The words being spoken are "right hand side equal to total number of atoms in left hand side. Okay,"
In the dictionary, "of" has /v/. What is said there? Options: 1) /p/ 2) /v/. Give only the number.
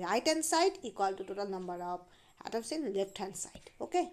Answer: 1